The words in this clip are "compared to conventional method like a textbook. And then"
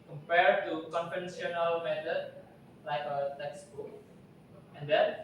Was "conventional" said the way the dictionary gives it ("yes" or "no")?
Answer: no